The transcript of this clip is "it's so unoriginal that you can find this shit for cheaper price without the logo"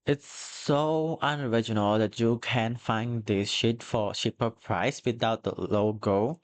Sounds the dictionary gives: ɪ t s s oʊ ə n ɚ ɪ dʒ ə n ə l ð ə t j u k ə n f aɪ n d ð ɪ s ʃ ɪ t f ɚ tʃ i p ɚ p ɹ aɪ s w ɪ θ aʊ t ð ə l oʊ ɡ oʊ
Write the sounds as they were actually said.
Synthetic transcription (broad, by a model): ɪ t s s oʊ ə n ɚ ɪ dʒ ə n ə l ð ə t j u k ə n f aɪ n d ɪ s ʃ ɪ t f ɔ ʃ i p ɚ p ɹ aɪ s w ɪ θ aʊ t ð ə l oʊ ɡ oʊ